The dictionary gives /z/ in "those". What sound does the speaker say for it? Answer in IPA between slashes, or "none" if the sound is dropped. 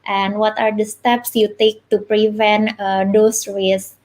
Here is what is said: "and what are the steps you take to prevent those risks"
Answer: /s/